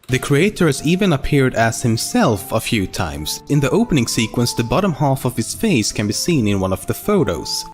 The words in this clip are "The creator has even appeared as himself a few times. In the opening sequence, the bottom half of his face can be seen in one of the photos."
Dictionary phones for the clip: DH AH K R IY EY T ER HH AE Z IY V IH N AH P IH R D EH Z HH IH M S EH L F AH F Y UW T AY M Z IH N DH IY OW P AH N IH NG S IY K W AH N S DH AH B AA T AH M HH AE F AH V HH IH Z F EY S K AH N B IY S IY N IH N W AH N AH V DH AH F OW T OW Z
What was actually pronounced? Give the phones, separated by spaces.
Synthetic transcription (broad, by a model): DH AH K R IY EY T ER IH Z IY V IH N AH P IH R D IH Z HH IH M S EH L F AH F Y UW T AY M Z IH N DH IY OW P AH N IH NG S IY K W AH N S DH AH B AA T AH M HH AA F AH V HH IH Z F EY S K AH N B IY S IY N IH N W AH N AH V DH AH F OW T OW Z